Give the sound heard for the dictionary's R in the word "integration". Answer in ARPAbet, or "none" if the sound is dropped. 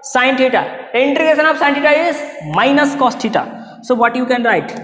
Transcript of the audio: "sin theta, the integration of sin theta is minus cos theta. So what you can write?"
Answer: none